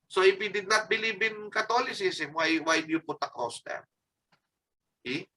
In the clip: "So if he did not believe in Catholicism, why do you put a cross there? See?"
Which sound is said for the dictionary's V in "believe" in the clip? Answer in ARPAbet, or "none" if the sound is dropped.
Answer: B